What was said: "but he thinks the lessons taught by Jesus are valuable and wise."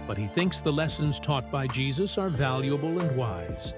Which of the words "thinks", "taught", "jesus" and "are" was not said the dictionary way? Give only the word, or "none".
none